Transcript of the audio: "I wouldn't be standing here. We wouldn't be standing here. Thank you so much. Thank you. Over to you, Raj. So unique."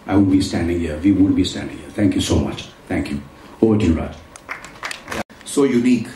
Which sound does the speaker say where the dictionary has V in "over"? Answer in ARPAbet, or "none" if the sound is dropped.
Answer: none